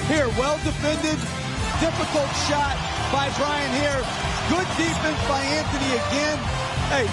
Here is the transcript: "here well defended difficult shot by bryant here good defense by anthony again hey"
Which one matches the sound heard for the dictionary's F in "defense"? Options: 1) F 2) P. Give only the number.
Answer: 2